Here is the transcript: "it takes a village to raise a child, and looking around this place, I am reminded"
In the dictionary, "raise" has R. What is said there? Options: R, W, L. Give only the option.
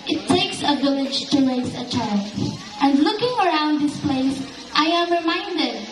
L